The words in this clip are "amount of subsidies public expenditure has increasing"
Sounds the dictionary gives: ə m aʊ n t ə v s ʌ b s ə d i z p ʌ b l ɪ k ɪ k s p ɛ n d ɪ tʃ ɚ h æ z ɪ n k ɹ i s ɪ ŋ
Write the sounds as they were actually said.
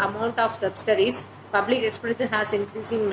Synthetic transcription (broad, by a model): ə m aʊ n t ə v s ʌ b s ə d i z p ʌ b l ɪ k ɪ k s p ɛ d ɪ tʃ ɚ h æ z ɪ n k ɹ i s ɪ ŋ